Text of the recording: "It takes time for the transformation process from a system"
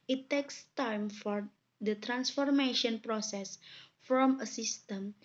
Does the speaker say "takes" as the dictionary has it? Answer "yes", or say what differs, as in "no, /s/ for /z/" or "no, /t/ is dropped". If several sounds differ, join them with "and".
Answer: yes